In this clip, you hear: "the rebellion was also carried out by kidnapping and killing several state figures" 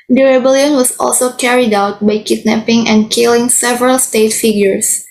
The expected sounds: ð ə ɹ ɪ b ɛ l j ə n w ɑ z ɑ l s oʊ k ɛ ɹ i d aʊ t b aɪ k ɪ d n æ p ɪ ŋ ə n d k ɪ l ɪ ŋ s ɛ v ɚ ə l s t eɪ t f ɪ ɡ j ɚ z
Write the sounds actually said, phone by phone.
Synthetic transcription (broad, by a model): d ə ɹ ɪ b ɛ l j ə n w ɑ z ɑ l s oʊ k ɛ ɹ i d aʊ t b aɪ k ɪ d n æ p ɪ ŋ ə n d k ɪ l ɪ ŋ s ɛ v ɚ ə l s t eɪ t f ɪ ɡ j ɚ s